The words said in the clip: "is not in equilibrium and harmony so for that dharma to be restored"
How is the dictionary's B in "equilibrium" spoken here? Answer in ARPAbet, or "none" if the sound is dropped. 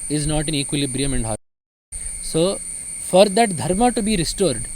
B